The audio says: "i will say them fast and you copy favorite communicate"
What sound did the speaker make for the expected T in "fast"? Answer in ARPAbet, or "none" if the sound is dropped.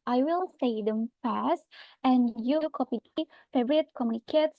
T